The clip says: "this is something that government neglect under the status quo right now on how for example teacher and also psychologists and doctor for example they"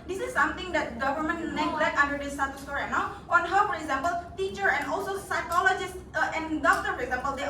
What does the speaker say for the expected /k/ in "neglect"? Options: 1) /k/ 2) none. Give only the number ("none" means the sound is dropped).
2